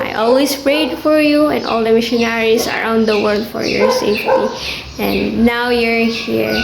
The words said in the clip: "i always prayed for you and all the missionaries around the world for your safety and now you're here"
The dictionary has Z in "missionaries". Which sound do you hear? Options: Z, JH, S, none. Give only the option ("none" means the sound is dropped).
S